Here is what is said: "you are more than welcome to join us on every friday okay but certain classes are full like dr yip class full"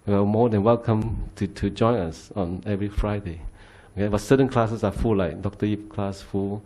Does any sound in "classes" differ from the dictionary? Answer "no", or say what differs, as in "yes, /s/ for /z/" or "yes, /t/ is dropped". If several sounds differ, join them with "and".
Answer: yes, /s/ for /z/